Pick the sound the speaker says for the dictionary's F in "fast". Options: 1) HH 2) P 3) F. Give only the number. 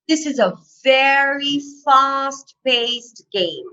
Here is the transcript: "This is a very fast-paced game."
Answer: 3